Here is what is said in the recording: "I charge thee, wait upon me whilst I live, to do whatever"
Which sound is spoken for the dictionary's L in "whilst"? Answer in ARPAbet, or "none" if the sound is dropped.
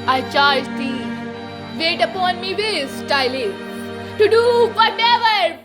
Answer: none